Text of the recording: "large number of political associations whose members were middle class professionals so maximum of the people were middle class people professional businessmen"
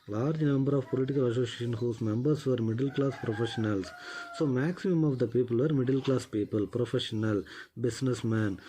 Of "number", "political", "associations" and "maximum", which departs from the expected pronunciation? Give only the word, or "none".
associations